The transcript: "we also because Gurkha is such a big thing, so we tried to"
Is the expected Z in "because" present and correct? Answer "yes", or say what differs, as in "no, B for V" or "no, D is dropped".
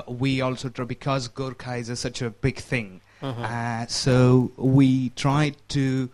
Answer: yes